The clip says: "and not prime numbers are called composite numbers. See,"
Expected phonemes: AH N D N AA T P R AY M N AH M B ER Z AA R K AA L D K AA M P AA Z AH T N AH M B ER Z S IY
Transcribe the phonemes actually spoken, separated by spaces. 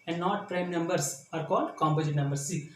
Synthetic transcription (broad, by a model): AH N D N AA T P R AY M N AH M B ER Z AA R K AA L D K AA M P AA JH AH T N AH M B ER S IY